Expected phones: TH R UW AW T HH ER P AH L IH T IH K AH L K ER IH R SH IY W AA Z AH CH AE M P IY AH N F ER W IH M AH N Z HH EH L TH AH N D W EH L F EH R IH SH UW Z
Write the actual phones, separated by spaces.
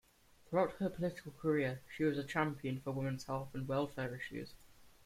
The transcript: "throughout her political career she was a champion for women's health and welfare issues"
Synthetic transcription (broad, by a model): TH R UW AW T HH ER P AH L IH T IH K AH L K ER IH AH SH IY W AA Z AH CH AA M P IY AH N F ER W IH M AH N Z HH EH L F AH N W EH L F EH R IH SH UW Z